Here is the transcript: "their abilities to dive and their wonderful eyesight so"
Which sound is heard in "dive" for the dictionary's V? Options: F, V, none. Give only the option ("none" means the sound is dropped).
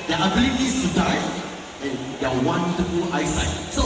none